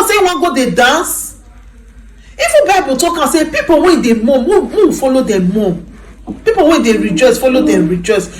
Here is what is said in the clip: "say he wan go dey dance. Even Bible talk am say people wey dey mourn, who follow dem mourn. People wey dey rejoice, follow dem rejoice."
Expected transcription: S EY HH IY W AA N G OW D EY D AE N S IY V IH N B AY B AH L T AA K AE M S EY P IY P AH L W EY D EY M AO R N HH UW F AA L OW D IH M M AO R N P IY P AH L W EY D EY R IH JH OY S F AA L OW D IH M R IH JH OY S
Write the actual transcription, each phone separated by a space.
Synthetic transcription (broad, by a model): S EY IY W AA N G OW D EY D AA N S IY F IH B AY B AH T AA K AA S EY P IY P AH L W EY D EY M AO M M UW F AA L OW D IH M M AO P IY P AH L W EY D EY R IH JH OY S F AA L OW D IH M R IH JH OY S